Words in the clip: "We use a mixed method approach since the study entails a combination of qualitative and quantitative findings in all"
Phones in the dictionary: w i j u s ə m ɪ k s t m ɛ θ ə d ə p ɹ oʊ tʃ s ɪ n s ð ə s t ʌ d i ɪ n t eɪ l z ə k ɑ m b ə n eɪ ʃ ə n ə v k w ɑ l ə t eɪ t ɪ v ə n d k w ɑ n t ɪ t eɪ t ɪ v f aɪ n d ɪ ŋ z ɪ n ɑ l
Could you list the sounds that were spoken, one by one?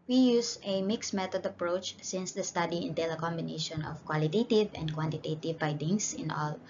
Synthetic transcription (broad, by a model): w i j u s ə m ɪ k s m ɛ t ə d ə p ɹ oʊ tʃ s ɪ n s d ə s t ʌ d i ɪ n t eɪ l ə k ɑ m b ə n eɪ ʃ ə n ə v k w ɑ l ə t eɪ t ɪ v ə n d k w ɑ n t ɪ t eɪ t ɪ v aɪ d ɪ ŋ s ɪ n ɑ l